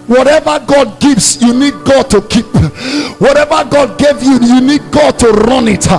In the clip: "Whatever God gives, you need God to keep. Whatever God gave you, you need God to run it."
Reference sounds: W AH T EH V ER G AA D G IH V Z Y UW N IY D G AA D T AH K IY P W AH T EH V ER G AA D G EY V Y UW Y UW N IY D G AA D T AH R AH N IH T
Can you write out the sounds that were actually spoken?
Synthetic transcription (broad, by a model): W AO T EH V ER G AA D G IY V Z Y UW N IY D G AA D T AH K IY P W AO T EH V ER G AA D G EY V Y UW Y UW N IY D G AA D T AH R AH N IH T